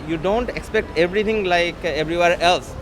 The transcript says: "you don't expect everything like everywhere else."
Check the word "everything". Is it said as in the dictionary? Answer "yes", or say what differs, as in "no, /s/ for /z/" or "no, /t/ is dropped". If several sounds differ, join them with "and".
no, /t/ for /θ/